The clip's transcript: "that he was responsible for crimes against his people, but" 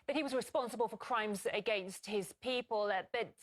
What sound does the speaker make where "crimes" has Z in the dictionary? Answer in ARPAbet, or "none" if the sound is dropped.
Z